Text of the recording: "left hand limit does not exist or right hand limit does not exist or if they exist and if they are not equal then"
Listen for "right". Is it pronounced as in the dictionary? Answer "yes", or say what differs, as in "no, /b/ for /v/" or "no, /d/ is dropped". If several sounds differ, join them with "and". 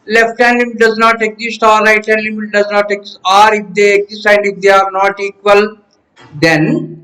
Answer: no, /l/ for /ɹ/